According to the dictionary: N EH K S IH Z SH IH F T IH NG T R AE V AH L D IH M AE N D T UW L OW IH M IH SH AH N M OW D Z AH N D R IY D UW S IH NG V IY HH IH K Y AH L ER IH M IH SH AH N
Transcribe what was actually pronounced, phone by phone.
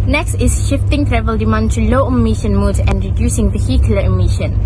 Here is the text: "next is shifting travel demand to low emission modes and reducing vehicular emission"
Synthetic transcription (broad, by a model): N EH K S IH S SH IH F T IH NG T R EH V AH L D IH M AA N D T UW L OW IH M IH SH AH N M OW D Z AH N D R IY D UW S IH NG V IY HH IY K Y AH L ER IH M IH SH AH N